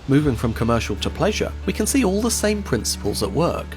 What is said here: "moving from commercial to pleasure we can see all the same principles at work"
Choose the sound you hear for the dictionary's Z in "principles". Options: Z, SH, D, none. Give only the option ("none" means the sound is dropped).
Z